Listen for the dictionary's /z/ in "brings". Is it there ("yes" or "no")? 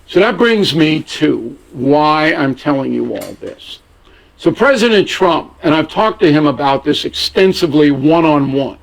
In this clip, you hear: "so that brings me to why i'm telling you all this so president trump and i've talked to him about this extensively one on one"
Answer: yes